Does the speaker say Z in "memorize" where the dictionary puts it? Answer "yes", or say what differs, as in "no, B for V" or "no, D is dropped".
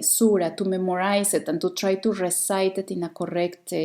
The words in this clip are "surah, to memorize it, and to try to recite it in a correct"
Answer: no, S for Z